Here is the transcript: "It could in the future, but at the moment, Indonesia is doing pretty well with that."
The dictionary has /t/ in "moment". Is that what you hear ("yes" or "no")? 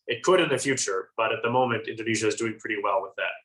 yes